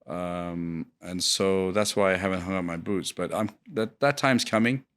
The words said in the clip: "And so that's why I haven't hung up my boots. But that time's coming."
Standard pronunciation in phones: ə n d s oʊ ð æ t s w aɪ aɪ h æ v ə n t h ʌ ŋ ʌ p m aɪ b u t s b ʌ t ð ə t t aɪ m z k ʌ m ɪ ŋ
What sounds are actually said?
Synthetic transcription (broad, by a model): ə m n s oʊ ð æ t s w aɪ aɪ h æ v ə n t h ʌ ŋ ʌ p m aɪ b u t s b ʌ t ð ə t t aɪ m z k ʌ m ɪ ŋ